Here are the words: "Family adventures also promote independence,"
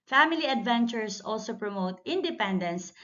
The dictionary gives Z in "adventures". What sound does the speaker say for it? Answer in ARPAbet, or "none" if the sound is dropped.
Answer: S